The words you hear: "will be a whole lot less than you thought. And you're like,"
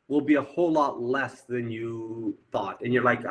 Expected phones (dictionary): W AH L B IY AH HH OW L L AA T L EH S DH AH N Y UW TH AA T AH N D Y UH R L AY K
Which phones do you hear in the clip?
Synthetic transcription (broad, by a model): W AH L B IY AH HH OW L L AA T L EH S DH AH N Y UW TH AA T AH N Y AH R L AY K